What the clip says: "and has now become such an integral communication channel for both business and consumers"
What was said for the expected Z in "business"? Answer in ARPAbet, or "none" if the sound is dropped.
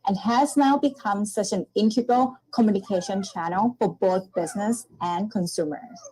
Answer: Z